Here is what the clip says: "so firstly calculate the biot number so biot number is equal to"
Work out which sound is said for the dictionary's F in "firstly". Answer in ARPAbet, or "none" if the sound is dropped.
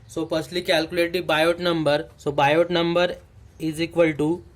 P